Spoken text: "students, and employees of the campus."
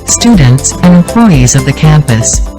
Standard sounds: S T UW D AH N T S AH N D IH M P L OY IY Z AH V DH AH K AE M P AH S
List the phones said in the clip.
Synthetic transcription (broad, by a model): S T UW D N T S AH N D IH M P L OY IY Z AH V DH AH K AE M P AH S